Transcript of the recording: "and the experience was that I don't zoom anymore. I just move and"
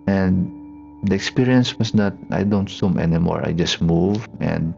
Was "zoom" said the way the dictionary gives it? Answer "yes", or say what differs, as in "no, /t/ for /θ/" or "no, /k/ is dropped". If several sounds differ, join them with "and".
no, /s/ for /z/